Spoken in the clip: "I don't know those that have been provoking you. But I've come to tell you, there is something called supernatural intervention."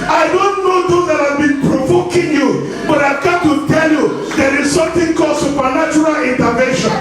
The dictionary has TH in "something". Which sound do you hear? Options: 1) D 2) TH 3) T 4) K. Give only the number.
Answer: 3